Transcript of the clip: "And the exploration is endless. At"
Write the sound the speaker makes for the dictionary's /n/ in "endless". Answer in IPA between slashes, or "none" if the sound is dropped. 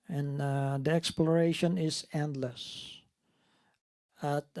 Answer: /n/